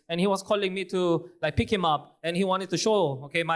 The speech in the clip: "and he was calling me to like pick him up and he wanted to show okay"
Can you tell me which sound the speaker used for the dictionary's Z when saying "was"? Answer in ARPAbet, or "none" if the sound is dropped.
S